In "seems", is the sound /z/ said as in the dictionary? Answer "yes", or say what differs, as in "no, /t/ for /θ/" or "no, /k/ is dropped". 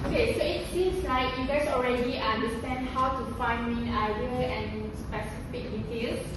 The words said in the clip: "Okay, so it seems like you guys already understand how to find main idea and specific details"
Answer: no, /s/ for /z/